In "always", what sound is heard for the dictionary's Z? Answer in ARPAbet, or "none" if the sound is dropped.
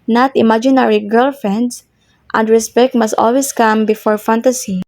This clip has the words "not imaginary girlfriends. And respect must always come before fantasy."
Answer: S